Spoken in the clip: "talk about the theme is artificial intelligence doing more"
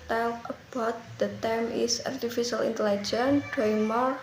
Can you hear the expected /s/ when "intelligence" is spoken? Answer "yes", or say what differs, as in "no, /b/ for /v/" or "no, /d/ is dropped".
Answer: no, /s/ is dropped